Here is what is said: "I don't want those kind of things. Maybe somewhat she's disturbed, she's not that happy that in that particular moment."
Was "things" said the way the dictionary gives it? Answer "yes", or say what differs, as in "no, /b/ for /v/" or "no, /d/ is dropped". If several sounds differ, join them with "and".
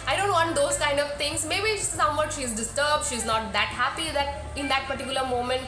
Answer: no, /t/ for /θ/